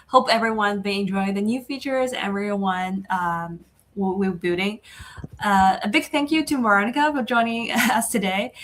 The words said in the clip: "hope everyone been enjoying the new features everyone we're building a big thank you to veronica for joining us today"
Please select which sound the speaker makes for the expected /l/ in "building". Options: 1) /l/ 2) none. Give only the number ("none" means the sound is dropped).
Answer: 2